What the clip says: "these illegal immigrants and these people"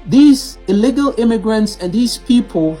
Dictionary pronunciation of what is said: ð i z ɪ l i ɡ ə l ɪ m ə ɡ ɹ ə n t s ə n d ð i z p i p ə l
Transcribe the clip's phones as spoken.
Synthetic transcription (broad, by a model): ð i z ɪ l i ɡ ə l ɪ m ə ɡ ɹ ə n t s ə n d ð i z p i p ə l